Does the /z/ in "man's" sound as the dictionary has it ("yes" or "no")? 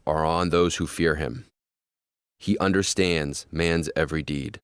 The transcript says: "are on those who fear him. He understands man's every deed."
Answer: yes